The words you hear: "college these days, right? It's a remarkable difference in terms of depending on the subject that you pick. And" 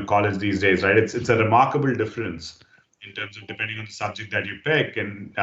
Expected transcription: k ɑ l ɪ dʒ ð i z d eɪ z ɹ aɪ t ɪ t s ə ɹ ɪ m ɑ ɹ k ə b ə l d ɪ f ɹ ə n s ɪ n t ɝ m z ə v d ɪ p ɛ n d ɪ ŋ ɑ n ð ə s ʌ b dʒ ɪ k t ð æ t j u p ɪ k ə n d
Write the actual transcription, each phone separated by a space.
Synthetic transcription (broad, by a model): k ɑ l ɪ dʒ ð i z d eɪ z ɹ aɪ t ɪ t s ə ɹ ɪ m ɑ ɹ k ə b ə l d ɪ f ɹ ə n s ɪ n t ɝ m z ə v d ɪ p ɛ n d ɪ ŋ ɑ n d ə s ʌ b dʒ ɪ k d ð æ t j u p ɪ k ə n